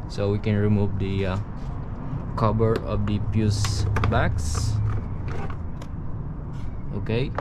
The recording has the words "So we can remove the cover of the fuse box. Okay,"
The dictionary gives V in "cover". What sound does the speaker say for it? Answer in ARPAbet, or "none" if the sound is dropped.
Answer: B